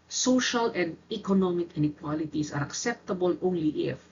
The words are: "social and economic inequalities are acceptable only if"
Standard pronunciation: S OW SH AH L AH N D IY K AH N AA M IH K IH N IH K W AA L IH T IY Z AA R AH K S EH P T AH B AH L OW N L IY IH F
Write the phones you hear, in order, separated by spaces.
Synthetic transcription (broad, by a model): S OW SH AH L AH N D IY K AH N AA M IH K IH N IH K W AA L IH T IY S AA R AH K S EH P T AH B AH L OW N L IY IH F